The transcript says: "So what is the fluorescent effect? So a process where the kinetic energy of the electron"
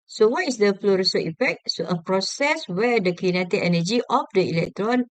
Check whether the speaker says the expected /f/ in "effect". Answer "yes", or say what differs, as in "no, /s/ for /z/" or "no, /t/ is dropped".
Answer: no, /p/ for /f/